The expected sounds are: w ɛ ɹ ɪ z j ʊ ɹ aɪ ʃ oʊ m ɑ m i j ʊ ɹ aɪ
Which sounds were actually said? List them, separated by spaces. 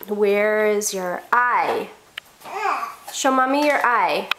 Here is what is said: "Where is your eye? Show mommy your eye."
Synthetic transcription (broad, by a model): w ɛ ɹ ɪ z j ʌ ɹ aɪ ʃ oʊ m ɑ m i j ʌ ɹ aɪ